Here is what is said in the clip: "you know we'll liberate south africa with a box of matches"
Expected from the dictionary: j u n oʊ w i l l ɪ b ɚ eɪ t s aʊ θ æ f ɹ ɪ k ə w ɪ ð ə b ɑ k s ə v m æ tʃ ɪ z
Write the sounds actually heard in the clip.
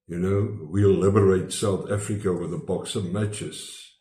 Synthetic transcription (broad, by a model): j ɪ n oʊ w i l l ɪ b ɚ eɪ t s aʊ θ æ f ɹ ɪ k ə w ɪ ð ə b ɑ k s ə v m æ tʃ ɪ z